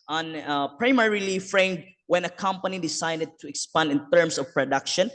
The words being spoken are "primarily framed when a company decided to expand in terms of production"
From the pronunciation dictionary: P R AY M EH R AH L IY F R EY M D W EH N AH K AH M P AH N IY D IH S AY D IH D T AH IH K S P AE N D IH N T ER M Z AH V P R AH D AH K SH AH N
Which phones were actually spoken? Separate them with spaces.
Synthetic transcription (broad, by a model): P R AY M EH R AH L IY F R EY M D W EH N AH K AH M P AH N IY D IH S AY D IH D T AH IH K S P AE N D IH N T ER M S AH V P R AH D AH K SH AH N